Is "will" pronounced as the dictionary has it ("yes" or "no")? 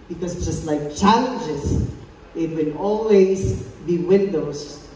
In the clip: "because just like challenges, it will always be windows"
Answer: no